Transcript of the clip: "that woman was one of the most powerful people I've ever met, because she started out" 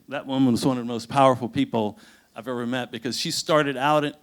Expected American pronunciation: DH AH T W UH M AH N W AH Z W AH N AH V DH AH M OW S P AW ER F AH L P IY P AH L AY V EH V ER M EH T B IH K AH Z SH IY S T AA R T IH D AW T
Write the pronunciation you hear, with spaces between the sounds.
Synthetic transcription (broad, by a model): DH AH T W UH M AH N W AH Z W AH N AH V DH AH M OW S P AW ER F L P IY P L AY V EH V ER M EH T B IH K AH Z SH IY S T AA R T IH D AW T